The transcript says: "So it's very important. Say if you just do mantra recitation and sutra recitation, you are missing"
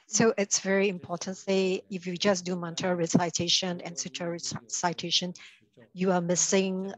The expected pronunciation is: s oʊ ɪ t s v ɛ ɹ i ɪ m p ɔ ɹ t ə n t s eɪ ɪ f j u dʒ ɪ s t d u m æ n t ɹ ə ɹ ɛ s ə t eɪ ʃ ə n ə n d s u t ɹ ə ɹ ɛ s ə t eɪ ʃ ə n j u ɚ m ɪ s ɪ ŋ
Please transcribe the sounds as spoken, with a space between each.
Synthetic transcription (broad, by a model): s oʊ ɪ t s v ɛ ɹ i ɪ m p ɔ t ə n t s eɪ ɪ f j u dʒ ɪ s d u m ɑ n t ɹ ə ɹ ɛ s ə t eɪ ʃ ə n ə n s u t ə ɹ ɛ s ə t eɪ ʃ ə n j u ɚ m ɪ s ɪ ŋ